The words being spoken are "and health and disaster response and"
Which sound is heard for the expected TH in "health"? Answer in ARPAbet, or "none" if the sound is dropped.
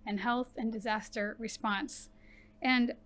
TH